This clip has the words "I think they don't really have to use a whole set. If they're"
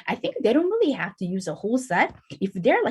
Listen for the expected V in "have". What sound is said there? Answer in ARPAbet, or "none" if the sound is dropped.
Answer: F